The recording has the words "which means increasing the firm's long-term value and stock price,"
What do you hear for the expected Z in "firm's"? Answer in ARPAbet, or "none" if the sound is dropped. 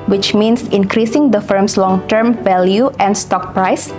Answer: S